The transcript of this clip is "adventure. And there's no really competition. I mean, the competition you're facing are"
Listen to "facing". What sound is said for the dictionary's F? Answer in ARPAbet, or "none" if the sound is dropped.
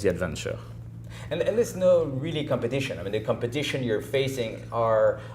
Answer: F